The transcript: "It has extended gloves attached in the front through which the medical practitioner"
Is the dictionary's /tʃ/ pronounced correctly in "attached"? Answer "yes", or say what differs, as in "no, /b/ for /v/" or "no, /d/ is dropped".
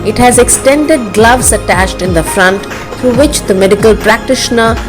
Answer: yes